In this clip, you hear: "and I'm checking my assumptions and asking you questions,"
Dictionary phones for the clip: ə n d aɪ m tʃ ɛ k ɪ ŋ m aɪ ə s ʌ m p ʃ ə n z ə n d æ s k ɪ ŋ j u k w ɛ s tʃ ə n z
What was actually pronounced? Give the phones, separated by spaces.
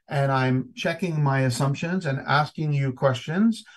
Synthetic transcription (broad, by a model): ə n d aɪ m tʃ ɛ k ɪ ŋ m aɪ ə s ʌ m p ʃ ə n z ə n æ s k ɪ ŋ j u k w ɛ s tʃ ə n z